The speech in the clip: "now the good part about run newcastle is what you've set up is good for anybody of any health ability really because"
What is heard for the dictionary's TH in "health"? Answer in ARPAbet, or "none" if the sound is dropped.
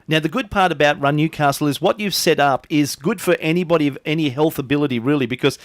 TH